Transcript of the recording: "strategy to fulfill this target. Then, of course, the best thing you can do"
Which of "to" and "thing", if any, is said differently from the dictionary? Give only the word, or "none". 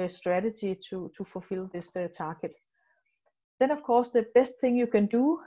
to